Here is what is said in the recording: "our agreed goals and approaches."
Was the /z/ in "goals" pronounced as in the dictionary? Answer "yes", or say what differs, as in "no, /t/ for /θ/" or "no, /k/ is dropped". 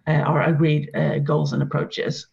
yes